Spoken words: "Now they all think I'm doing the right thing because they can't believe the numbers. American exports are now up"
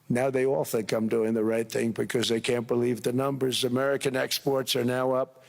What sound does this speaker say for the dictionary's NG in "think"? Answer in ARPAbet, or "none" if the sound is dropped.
none